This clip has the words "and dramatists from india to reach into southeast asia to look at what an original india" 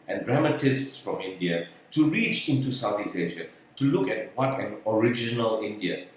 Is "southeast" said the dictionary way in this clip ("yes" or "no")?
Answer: no